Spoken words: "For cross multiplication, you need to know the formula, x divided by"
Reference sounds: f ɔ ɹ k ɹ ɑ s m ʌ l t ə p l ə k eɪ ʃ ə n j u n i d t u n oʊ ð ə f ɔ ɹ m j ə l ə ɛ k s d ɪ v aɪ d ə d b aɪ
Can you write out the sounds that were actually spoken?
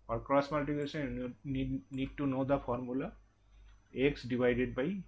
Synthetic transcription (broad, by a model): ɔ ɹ k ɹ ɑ s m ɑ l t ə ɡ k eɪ s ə n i n i d t u n oʊ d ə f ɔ ɹ m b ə l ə ɛ k s d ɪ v aɪ d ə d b aɪ